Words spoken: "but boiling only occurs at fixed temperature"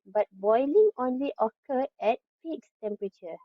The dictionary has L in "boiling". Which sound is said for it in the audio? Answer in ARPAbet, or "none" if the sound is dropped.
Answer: L